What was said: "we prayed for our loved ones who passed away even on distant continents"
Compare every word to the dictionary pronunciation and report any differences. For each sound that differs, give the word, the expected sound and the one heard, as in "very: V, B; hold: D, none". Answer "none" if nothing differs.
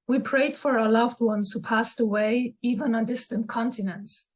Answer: none